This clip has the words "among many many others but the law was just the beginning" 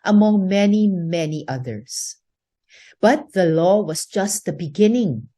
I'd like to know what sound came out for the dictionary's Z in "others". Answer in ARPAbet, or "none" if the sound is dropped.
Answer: S